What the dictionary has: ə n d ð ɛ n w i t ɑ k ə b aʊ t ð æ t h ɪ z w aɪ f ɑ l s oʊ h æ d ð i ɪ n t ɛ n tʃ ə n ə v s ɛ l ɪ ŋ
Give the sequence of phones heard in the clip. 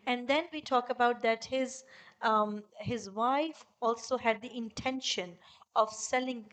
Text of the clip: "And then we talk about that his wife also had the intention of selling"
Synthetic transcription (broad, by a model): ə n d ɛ n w i t ɑ k ə b aʊ t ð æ t h ɪ z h aɪ f ɑ l s oʊ h æ d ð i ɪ n t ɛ n ʃ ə n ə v s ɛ l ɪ ŋ